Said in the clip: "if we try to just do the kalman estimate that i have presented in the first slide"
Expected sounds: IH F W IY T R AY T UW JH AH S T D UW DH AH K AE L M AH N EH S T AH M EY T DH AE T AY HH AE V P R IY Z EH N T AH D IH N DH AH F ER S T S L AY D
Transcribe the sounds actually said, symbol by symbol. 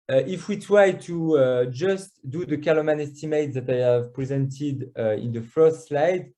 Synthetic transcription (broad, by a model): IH F W IY T R AY T UW JH AH S T D UW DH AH K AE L M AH N EH S T AH M EY T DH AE T AY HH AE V P R IY Z EH N T AH D IH N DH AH F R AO S L AY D